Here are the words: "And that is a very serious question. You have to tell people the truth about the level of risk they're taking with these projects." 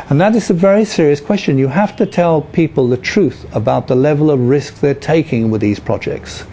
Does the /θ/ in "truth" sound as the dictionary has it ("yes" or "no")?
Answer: yes